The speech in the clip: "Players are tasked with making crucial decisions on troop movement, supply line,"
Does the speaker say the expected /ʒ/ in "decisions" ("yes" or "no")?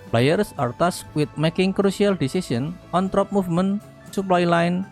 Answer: no